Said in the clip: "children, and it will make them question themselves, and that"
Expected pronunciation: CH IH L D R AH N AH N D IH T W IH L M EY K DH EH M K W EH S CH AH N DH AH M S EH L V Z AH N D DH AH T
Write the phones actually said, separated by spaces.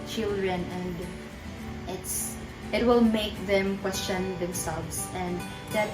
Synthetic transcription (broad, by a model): CH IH L D R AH N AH N D IH T W IH L M EY K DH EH M K W EH S CH AH N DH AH M S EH L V S AH N D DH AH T